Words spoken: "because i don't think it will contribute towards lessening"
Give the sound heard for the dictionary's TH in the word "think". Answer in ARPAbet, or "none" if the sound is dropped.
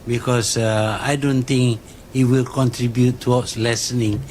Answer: T